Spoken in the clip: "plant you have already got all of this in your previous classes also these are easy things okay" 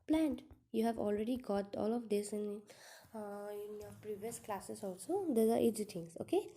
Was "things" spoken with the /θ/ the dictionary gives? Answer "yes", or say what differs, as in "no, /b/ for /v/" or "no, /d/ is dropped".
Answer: no, /t/ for /θ/